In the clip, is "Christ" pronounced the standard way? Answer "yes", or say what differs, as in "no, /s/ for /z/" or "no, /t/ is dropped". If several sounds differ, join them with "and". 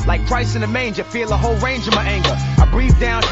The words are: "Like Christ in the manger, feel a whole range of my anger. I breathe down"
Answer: no, /t/ is dropped